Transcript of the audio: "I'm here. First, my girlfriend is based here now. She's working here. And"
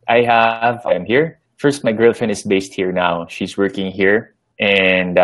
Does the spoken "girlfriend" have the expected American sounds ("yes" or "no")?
no